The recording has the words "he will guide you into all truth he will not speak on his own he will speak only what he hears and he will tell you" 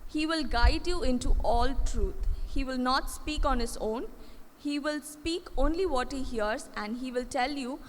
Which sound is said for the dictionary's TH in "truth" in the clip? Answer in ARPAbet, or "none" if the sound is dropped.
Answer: T